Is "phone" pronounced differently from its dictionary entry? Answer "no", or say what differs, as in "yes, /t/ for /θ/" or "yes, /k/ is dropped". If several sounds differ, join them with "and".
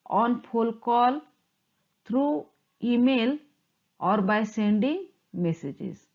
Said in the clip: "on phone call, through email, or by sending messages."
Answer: yes, /l/ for /n/